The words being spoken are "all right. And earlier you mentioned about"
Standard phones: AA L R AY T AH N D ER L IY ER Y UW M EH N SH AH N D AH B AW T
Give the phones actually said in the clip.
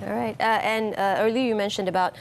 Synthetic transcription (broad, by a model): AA R AY T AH N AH ER L IY ER Y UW M EH N SH AH N D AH B AW T